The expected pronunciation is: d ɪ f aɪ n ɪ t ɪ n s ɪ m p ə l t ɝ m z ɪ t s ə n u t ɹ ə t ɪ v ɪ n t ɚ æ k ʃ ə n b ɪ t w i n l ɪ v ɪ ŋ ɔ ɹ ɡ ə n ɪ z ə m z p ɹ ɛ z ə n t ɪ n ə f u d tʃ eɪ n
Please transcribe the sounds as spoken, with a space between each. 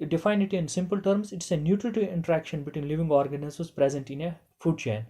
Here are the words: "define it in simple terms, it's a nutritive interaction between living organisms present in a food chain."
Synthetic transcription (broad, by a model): d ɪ f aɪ n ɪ t ɪ n s ɪ m p ə l t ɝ m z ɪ t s ə n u t ɹ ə t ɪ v ɪ n t ɚ æ k ʃ ə n b ɪ t w i n l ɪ v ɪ ŋ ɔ ɹ ɡ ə n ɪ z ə z p ɹ ɛ z ə n t ɪ n ə f u d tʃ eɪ n